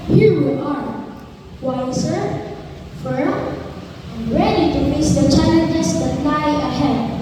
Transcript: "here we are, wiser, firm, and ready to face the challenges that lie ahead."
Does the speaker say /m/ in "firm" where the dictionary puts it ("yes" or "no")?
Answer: no